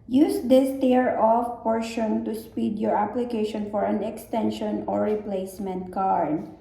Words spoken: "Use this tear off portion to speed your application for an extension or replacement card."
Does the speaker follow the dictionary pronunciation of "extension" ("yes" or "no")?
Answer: yes